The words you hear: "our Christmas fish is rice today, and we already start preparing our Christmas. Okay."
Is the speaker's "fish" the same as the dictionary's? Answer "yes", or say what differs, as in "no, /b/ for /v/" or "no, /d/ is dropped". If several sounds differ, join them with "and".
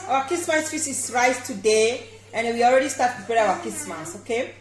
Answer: no, /s/ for /ʃ/